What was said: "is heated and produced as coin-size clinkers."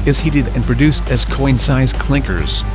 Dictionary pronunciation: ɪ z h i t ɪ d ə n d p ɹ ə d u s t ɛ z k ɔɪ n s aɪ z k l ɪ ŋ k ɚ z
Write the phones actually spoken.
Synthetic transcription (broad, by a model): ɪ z h i t ɪ d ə n p ɹ ə d u s t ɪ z k ɔɪ n s aɪ z k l ɪ ŋ k ɚ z